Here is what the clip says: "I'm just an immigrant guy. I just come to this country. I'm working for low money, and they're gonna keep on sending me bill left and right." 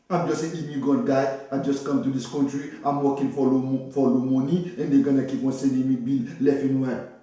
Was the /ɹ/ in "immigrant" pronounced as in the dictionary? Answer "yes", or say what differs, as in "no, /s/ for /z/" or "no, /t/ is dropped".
no, /ɹ/ is dropped